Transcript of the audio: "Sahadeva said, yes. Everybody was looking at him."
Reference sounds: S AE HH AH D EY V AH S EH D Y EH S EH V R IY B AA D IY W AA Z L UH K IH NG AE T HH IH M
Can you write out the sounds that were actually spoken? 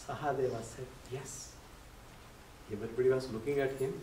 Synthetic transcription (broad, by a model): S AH HH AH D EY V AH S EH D Y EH S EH B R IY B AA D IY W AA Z L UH K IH NG AE T HH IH M